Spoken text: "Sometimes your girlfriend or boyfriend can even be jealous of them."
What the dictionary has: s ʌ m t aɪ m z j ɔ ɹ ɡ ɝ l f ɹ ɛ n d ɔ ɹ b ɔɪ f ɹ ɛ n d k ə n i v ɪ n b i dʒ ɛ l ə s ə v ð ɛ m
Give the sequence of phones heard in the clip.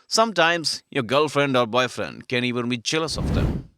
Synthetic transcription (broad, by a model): s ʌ m t aɪ m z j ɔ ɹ ɡ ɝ l f ɹ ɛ n d ɔ ɹ b ɔɪ f ɹ ɛ n d k ə n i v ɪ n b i tʃ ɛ l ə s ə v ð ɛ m